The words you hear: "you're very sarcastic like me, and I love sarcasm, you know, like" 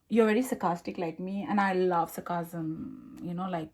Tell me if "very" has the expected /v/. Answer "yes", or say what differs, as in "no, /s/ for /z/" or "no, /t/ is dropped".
yes